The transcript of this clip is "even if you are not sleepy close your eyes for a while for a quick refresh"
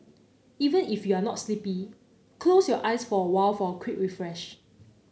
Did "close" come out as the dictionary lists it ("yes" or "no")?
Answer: yes